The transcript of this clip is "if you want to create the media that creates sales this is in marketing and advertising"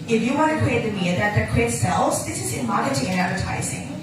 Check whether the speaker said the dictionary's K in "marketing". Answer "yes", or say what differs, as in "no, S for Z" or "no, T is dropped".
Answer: no, K is dropped